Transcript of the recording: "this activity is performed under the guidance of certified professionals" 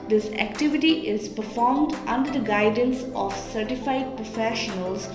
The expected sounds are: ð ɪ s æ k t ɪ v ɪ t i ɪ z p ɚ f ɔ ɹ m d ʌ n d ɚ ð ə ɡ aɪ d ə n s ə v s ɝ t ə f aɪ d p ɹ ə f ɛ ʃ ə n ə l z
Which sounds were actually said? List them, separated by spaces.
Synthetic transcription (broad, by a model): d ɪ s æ k t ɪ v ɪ t i ɪ z p ɚ f ɔ ɹ m d ʌ n d ɚ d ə ɡ aɪ d ə n s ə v s ɝ t ə f aɪ d p ɹ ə f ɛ ʃ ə n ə l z